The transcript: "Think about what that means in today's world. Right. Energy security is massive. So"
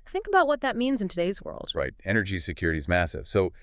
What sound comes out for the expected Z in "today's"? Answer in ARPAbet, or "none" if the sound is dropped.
Z